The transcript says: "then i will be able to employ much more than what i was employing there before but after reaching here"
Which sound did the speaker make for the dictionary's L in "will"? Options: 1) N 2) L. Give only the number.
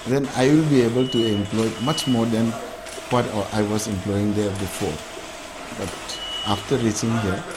2